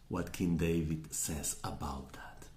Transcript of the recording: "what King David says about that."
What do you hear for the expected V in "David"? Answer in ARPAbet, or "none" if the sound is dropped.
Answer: V